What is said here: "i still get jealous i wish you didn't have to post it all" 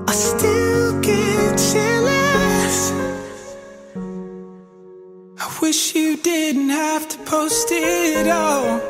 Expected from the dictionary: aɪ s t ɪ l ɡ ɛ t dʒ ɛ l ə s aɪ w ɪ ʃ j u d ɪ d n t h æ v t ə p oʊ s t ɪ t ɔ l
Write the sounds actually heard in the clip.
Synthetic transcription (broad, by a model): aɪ s t ɪ l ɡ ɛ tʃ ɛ l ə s aɪ w ɪ ʃ j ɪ d ɪ d n t h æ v t ə p oʊ s t ɪ t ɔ l